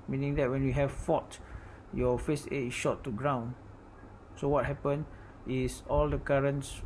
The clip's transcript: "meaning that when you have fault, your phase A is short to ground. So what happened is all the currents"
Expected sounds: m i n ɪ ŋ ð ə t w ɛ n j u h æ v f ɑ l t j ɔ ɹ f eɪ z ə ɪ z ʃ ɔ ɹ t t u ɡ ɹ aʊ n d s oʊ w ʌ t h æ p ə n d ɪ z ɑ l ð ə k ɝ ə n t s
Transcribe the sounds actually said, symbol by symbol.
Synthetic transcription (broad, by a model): m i n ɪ ŋ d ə t w ɛ n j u h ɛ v f ɑ t j ɔ f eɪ s ə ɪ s ʃ ɔ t t u ɡ ɹ aʊ n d s oʊ w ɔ t h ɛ p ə n ɪ s ɑ l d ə k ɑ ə n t s